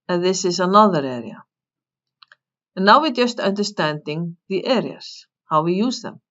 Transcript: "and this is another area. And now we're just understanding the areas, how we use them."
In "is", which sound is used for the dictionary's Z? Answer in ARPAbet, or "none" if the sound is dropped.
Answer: S